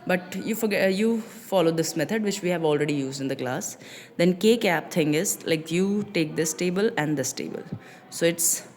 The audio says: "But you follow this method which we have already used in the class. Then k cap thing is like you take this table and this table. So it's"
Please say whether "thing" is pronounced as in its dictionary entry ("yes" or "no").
no